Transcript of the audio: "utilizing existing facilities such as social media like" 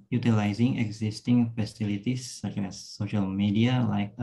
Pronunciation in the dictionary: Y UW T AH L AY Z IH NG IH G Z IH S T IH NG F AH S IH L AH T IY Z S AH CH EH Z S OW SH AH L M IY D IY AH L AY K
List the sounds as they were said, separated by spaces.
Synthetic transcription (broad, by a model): Y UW T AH L AY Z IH NG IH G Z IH S T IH NG F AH S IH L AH T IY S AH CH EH S OW SH AH L M IY D IY AH L AY K